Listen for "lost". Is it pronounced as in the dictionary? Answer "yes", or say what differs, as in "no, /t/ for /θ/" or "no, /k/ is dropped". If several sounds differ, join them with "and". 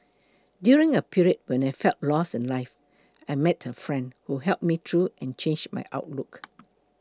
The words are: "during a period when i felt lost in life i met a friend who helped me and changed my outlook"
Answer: no, /t/ is dropped